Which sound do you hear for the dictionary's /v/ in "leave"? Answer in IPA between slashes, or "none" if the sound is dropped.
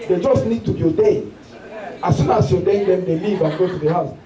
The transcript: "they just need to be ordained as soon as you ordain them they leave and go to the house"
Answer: /v/